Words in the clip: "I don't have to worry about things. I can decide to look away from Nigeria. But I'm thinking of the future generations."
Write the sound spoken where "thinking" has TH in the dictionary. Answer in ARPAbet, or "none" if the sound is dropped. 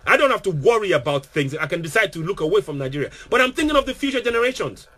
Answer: TH